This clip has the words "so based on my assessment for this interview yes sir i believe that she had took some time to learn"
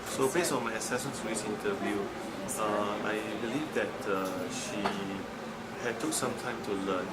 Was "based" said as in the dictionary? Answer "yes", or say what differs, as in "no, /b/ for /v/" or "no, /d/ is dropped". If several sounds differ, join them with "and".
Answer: no, /t/ is dropped